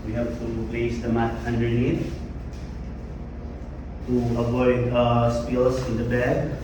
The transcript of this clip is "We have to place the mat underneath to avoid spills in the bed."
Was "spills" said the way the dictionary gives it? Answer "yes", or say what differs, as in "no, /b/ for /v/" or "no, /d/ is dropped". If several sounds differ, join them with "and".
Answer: no, /s/ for /z/